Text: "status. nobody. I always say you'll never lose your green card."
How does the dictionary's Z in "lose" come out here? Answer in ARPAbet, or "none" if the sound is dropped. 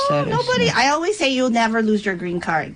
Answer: Z